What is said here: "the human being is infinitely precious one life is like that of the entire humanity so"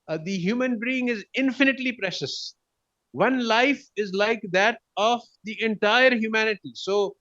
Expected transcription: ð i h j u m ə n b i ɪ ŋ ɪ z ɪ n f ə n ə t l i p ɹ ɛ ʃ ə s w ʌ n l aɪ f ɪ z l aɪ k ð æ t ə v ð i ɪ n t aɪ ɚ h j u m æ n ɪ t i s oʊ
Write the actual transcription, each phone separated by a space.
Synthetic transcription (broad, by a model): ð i h j u m ə n b i ɪ ŋ ɪ z ɪ n f ə n ə t l i p ɹ ɛ ʃ ə s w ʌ n l aɪ f ɪ z l aɪ k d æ t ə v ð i ɪ n t aɪ ɚ h j u m æ n ɪ t i s oʊ